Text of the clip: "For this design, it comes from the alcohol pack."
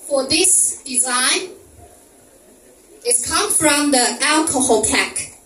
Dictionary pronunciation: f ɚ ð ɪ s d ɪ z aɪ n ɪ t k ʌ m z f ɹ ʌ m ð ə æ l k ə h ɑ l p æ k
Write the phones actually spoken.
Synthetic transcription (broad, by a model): f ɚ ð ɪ s d ɪ z aɪ n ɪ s k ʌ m f ɹ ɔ m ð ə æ l k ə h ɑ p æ k